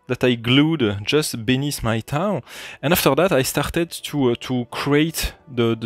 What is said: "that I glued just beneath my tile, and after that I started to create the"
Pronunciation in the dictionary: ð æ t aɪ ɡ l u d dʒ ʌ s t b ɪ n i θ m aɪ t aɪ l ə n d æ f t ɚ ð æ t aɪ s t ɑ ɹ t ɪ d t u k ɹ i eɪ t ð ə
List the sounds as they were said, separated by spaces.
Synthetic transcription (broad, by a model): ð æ t aɪ ɡ l u d dʒ ʌ s t b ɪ n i s m aɪ t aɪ n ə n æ f t ɚ ð æ t aɪ s t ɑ ɹ t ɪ d t u k ɹ i eɪ t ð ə